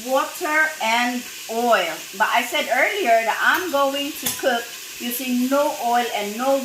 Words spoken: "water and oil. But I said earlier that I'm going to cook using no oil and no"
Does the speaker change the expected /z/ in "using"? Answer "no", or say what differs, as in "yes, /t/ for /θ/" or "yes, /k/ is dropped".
yes, /s/ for /z/